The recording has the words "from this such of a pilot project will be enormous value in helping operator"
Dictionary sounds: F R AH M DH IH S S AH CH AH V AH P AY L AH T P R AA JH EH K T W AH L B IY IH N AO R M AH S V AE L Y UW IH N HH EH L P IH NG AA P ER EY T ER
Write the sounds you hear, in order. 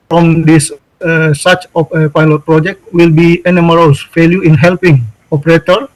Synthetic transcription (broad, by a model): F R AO M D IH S S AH S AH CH AH P AY L AH T P R AA JH EH K T W AH L B IY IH N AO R AH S F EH L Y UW IH N HH EH L P IH NG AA P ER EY T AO